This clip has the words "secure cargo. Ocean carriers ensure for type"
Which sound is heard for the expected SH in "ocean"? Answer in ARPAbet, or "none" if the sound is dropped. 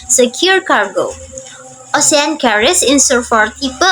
S